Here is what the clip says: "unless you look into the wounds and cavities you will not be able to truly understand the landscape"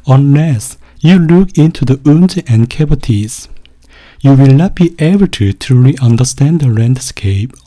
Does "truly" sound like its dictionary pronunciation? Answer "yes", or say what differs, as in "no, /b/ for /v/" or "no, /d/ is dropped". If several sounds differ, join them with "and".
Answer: no, /ɹ/ is dropped